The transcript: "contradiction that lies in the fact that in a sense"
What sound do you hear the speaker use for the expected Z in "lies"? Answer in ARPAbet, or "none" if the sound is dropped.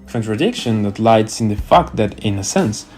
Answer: S